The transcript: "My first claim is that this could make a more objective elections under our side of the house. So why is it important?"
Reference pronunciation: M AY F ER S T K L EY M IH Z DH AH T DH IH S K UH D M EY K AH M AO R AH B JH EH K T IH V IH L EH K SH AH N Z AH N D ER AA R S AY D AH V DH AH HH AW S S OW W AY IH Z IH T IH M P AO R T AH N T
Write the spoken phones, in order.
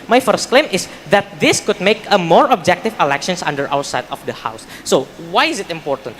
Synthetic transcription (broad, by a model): M AY F ER S T K L EY M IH S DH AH T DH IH S K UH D M EY K AH M AO R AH B JH EH K T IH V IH L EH K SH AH N S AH N D ER AA W S AY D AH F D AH HH AW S S OW W AY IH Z IH T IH M P AO R T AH N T